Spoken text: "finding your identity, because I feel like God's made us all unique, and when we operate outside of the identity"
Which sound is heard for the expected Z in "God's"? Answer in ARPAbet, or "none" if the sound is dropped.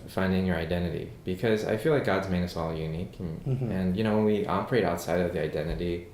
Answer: Z